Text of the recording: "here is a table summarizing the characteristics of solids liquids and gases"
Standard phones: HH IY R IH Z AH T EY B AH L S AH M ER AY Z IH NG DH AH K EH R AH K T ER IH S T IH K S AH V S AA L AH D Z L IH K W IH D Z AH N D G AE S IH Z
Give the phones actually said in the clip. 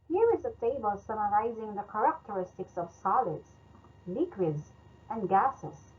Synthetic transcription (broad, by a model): HH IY R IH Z AH T EY B AH L S AH M ER AY Z IH NG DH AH K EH R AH K T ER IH S T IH K S AH V S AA L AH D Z L IH K W IH D Z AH N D G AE S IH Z